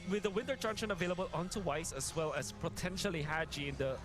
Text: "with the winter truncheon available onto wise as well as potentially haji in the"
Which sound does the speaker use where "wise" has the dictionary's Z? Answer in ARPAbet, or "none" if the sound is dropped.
S